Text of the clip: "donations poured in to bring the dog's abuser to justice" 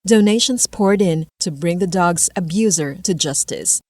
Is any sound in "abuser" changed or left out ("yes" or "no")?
no